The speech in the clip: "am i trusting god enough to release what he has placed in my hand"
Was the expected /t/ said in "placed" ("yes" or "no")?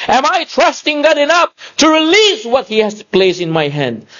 no